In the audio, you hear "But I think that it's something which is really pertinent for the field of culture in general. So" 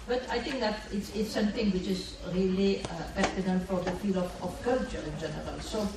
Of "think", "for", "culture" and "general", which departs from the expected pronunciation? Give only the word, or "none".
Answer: think